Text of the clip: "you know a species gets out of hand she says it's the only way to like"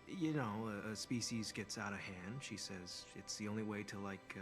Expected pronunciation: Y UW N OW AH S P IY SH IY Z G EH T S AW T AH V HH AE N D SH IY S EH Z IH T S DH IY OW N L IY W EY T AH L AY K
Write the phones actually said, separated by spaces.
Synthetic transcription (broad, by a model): Y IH N OW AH S P IY SH IY Z G EH T S AW T AH V HH AE N D SH IY S EH Z IH T S DH IY OW N L IY W EY T AH L AY K